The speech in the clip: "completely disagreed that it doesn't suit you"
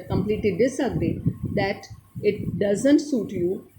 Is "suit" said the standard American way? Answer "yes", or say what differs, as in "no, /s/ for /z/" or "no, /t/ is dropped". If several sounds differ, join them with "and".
yes